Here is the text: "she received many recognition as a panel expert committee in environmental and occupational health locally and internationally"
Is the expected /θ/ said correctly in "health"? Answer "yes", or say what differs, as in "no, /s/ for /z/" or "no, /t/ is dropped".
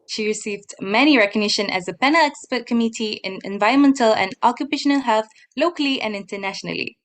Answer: yes